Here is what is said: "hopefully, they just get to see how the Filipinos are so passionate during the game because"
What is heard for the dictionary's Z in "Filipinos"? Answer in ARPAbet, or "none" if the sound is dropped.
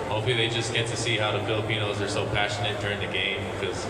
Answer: Z